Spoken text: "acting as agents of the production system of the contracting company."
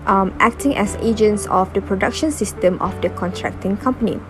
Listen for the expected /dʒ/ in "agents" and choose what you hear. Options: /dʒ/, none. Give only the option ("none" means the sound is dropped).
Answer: /dʒ/